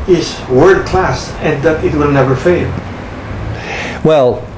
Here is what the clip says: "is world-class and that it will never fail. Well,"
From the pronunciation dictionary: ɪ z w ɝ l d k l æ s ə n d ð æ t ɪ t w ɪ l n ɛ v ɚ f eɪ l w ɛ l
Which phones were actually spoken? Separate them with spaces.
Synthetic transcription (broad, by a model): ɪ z w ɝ d k l æ s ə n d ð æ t ɪ t w ɪ l n ɛ v ɚ f eɪ l w ɛ l